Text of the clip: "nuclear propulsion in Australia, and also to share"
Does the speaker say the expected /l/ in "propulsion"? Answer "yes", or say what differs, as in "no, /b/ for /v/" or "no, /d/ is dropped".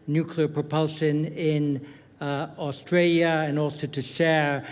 yes